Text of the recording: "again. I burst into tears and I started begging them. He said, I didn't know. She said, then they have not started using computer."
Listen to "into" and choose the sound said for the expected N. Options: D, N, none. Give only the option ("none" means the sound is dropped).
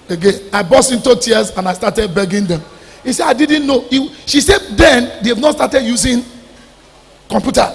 N